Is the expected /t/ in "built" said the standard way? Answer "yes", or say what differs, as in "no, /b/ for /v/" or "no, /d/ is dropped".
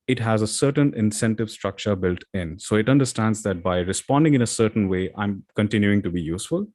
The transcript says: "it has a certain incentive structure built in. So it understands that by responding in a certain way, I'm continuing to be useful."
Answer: yes